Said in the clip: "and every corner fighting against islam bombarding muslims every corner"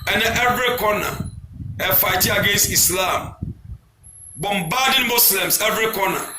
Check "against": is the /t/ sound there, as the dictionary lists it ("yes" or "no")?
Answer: yes